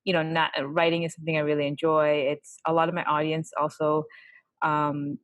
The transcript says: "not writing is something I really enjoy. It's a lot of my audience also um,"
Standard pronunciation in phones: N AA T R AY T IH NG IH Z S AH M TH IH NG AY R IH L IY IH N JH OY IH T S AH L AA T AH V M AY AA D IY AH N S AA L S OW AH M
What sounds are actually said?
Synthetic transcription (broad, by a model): N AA T R AY T IH NG IH Z S AH M TH IH NG AY R IH L IY IH N JH OY IH T S AH L AA T AH V M AY AA D IY AH N S AA L S OW AH M